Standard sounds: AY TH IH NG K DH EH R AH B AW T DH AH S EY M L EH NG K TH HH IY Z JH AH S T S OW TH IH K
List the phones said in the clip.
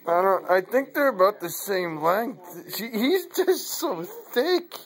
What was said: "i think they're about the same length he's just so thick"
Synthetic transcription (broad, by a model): AY TH IH NG K DH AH R AH B AW T DH AH S EY M L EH NG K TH HH IY Z JH AH S T S OW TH IH K